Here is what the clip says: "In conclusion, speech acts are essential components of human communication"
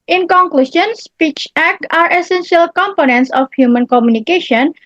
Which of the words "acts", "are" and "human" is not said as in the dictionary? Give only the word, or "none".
acts